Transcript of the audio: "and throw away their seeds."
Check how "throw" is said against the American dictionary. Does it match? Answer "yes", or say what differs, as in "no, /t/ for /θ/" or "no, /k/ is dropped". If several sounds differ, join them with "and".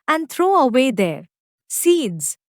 no, /t/ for /θ/